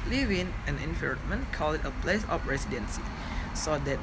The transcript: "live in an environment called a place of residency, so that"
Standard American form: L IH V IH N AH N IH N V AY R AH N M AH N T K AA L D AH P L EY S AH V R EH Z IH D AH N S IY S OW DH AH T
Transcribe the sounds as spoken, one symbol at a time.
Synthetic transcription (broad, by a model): L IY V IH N AH N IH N F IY R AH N M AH N K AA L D AH P L EY S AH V R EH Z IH D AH N S IY S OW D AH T